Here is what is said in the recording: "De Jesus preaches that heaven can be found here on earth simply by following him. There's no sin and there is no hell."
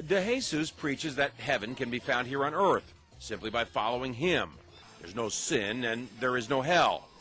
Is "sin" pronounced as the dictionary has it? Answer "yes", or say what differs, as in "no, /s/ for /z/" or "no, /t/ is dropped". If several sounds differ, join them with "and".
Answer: yes